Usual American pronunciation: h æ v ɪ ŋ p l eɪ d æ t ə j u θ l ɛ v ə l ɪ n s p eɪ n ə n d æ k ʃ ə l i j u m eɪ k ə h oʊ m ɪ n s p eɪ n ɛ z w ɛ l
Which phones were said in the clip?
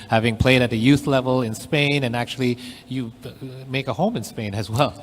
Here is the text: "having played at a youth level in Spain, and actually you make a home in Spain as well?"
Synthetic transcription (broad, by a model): h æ v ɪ ŋ p l eɪ d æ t ə j u θ l ɛ v ə l ɪ n s p eɪ n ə n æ k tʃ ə l i j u m eɪ k ə h oʊ m ɪ n s p eɪ n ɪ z w ɛ l